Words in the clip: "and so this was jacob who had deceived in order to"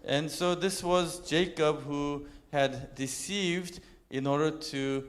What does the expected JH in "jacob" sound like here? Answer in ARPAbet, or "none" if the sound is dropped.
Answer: JH